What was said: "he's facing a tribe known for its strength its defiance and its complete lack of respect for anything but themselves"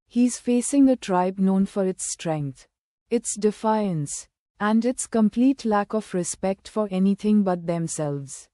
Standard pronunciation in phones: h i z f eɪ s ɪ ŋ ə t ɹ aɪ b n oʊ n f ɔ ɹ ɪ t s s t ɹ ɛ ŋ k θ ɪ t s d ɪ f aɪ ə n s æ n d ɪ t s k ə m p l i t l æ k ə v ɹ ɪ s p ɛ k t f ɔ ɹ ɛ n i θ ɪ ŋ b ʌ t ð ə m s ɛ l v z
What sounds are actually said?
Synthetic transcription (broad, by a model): h i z f eɪ s ɪ ŋ ə t ɹ aɪ b n oʊ n f ɔ ɹ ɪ t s s t ɹ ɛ ŋ k t ɪ t s d ɪ f aɪ ə n s æ n d ɪ t s k ə m p l i t l æ k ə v ɹ ɪ s p ɛ k t f ɔ ɹ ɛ n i t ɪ ŋ b ʌ t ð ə m s ɛ l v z